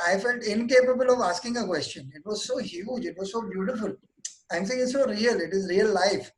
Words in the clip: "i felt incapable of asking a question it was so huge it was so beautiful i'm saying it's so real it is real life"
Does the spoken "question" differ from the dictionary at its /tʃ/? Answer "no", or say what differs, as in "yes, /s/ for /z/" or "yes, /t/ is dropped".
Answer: no